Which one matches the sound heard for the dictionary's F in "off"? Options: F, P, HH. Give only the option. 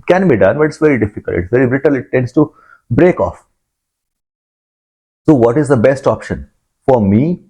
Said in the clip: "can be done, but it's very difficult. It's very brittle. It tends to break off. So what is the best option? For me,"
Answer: F